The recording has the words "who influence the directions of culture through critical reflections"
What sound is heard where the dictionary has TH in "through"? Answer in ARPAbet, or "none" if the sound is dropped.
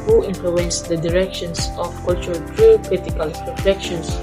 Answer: T